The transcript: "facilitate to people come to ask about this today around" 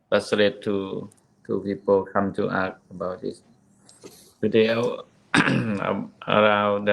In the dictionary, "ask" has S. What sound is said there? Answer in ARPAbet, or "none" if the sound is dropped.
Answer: none